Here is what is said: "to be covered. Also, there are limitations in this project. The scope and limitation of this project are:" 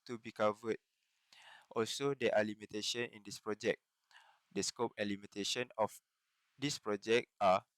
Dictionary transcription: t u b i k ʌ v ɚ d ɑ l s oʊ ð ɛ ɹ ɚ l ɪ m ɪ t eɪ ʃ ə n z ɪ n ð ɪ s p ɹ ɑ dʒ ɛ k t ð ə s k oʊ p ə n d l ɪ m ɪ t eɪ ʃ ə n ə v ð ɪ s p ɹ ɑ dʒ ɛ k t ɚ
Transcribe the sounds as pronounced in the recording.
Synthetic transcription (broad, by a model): t u b i k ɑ v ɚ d ɑ l s oʊ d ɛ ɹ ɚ l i m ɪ t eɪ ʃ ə n ɪ n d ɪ s p ɹ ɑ dʒ ɛ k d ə s k oʊ p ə n l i m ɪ t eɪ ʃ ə n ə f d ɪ s p ɹ ɑ dʒ ɛ k t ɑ